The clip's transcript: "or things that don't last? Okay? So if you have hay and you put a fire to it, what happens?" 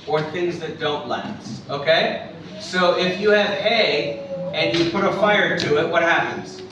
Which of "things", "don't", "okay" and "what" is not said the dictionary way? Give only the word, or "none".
none